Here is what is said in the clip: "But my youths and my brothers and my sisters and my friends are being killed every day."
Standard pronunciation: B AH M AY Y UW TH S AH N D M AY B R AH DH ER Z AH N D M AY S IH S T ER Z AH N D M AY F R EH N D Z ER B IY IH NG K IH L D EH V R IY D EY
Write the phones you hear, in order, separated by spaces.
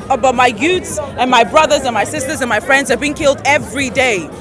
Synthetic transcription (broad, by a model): B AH M AY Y UW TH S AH N M AY B R AH DH ER Z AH N M AY S IH S T ER Z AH N M AY F R EH N D Z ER B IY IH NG K IH L D EH V R IY D EY